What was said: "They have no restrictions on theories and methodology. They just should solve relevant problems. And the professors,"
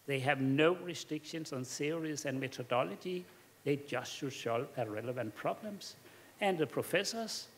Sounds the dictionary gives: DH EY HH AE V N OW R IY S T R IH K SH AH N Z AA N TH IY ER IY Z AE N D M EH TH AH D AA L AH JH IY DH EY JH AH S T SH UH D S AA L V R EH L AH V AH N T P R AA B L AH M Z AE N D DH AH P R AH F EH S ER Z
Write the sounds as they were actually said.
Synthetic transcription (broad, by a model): DH EY HH AE V N OW R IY S T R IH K SH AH N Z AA N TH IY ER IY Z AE N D M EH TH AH D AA L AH JH IY DH EY JH AH S T SH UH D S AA L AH R EH L AH V AH N T P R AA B L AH M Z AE N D DH AH P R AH F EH S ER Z